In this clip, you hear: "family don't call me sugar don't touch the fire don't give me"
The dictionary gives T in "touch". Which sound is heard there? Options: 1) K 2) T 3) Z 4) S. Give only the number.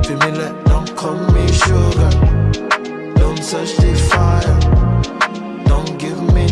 4